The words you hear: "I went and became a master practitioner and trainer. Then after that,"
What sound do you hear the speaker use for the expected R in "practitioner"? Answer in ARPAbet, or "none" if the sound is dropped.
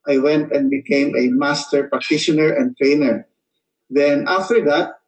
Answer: none